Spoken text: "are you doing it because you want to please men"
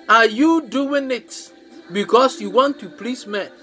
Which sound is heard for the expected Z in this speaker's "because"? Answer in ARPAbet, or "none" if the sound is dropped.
S